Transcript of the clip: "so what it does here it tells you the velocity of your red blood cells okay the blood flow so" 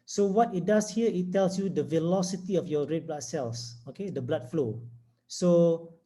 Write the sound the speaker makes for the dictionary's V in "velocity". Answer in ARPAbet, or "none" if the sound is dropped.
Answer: V